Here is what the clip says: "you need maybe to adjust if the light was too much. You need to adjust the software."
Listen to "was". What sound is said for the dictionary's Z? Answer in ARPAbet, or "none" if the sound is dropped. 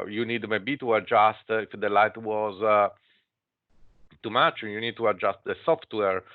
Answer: Z